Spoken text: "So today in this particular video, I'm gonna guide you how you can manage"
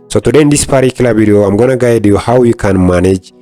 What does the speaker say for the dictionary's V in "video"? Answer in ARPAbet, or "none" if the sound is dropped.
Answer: B